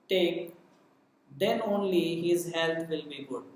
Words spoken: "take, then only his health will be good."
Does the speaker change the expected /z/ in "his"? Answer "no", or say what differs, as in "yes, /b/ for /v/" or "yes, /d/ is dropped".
no